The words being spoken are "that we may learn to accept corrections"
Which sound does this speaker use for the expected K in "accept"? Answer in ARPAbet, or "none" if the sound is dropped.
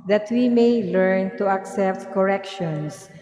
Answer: K